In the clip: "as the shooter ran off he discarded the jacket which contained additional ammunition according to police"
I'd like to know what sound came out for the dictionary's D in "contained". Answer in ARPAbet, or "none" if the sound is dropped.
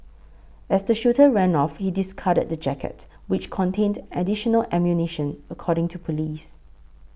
D